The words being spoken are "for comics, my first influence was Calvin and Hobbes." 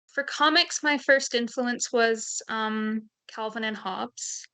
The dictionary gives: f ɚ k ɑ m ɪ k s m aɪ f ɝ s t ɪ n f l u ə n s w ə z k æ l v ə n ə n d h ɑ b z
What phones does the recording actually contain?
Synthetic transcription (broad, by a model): f ɚ k ɑ m ɪ k s m aɪ f ɝ s t ɪ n f l u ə n s w ə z k æ l v ə n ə n h ɑ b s